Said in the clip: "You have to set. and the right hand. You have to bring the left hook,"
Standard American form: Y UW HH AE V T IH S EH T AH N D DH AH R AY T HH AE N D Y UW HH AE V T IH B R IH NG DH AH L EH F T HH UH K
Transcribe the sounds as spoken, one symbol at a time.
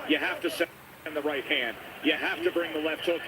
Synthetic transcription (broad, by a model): Y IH HH AE F T IH S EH AH N DH AH R AY T HH AE N D Y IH HH AE F T IH B R IH NG DH AH L EH F T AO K